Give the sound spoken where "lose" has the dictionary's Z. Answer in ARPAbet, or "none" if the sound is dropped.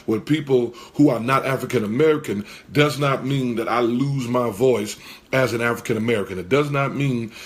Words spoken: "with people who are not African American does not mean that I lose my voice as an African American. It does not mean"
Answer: Z